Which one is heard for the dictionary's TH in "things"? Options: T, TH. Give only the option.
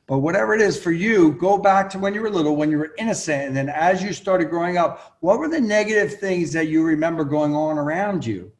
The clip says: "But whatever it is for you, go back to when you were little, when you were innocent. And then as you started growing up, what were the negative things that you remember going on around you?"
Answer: TH